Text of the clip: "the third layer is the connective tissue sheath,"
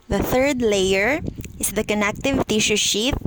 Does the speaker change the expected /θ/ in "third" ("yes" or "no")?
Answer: no